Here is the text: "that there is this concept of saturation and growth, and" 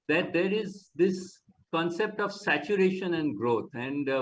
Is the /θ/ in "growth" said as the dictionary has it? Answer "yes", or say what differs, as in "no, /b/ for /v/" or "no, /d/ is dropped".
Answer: no, /t/ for /θ/